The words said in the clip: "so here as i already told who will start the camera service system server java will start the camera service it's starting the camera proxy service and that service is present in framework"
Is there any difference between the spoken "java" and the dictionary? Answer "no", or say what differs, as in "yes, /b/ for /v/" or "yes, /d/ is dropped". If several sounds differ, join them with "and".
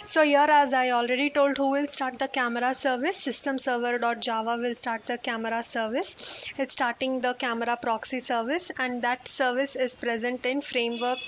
no